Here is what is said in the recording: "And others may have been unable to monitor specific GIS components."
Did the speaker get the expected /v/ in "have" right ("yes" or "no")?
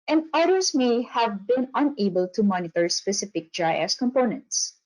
yes